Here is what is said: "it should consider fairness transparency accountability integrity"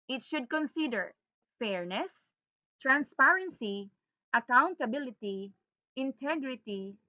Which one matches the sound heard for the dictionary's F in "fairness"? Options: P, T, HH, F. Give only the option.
F